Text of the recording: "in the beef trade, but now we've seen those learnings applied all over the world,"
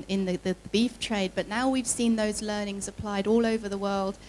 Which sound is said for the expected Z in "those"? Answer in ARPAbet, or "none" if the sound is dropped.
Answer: Z